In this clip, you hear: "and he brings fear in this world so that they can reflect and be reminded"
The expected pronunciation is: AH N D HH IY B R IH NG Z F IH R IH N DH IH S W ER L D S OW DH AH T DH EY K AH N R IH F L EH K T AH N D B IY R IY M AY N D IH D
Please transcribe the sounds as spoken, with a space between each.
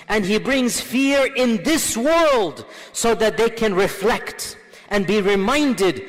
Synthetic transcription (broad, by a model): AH N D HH IY B R IH NG Z F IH R IH N DH IH S W ER L D S OW DH AH T DH EY K AH N R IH F L EH K T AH N B IY R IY M AY N D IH D